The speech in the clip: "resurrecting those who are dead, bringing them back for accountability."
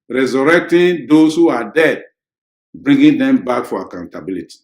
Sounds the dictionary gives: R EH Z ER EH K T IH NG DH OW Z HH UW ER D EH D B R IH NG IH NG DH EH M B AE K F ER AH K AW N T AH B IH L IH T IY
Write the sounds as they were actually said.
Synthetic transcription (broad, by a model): R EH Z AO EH K T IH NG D OW S HH UW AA D EH D B R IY NG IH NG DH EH M B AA K F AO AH K AW N T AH B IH L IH T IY